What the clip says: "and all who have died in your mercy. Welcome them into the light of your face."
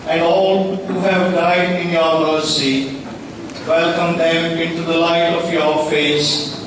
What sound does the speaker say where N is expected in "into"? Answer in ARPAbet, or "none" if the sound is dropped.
N